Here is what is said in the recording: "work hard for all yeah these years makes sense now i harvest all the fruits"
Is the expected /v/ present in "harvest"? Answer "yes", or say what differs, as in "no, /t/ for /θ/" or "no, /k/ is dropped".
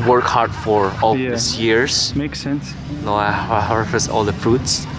no, /f/ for /v/